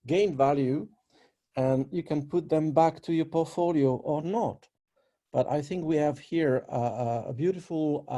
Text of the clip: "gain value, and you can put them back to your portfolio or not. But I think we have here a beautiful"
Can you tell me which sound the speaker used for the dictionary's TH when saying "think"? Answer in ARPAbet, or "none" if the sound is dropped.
TH